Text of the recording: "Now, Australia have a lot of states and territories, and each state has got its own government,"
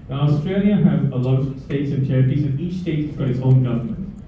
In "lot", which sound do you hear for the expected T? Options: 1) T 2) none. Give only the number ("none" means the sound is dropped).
2